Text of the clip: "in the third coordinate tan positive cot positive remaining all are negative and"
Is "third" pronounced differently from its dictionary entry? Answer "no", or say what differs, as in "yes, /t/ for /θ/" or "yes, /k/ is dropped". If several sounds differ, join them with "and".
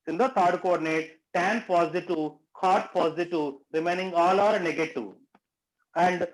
yes, /t/ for /θ/